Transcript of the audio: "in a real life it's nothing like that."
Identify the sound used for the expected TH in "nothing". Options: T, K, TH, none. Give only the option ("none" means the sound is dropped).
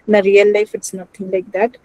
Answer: T